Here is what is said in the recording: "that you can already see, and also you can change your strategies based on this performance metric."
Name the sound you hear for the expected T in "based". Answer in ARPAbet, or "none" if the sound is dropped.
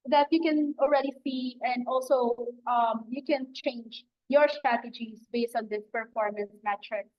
T